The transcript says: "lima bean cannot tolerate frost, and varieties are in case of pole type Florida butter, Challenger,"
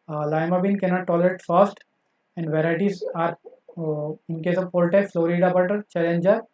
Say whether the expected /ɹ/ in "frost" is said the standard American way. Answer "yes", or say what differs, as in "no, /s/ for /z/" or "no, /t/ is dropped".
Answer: no, /ɹ/ is dropped